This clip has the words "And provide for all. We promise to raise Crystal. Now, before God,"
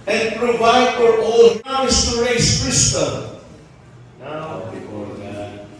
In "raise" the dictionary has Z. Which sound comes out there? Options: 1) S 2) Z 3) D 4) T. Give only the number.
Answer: 1